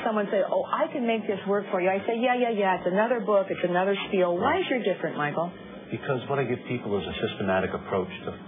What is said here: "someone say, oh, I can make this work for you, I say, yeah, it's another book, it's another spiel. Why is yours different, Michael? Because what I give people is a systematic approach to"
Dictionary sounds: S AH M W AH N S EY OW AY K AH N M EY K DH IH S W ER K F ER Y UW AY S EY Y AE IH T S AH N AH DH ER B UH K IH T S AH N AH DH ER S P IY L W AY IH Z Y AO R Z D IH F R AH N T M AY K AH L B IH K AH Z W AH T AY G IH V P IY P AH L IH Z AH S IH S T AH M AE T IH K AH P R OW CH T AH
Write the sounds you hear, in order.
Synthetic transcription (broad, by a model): S AH M W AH N S EY OW AY K AH N M EY K DH IH S W ER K F ER Y UW AY S EY Y AE IH T S AH N AH DH ER B UH K IH T S AH N AH DH ER S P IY L W AY IH Z Y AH R D IH F R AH N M AY K L B IH K AH Z W AH T AY G IH V P IY P L IH Z AH S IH S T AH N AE T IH K AH P R OW CH T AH